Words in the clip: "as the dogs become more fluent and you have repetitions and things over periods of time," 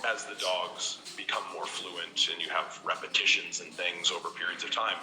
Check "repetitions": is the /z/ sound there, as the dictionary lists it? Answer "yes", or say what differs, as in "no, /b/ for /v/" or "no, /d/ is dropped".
yes